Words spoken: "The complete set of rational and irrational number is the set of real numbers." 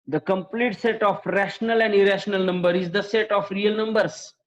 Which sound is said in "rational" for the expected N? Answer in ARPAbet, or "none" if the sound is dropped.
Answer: N